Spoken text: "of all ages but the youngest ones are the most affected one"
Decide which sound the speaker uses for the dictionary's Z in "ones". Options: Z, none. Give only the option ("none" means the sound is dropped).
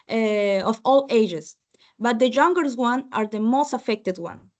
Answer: none